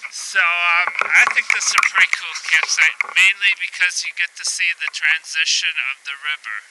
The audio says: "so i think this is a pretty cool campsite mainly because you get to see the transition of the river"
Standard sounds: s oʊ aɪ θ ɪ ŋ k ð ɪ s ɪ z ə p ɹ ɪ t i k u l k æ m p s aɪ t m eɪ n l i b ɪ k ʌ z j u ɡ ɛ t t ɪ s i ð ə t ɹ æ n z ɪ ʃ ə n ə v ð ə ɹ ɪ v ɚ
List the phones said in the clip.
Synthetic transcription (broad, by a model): s oʊ aɪ θ ɪ ŋ k ð ɪ s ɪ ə p ɹ ɪ t i k u l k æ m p s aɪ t m eɪ n l i b ɪ k ʌ z j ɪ ɡ ɛ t t ɪ s i ð ə t ɹ æ n z ɪ ʃ ə n ə v ð ə ɹ ɪ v ɚ